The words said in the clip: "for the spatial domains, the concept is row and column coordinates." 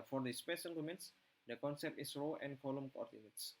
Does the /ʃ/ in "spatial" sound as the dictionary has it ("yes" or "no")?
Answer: no